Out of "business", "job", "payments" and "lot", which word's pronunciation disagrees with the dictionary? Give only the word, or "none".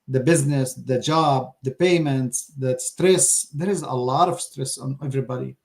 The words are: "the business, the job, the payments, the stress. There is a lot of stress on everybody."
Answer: none